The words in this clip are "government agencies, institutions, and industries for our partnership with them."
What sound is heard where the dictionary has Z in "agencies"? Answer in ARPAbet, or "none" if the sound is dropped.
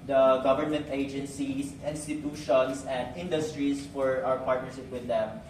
S